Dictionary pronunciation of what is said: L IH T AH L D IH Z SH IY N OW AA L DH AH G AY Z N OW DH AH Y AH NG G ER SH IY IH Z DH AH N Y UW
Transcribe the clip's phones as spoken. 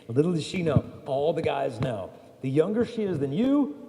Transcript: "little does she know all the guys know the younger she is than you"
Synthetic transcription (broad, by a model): L IH T L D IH SH IY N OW AA L DH AH G AY Z N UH DH AH Y AH NG G ER SH IY IH Z DH AH N Y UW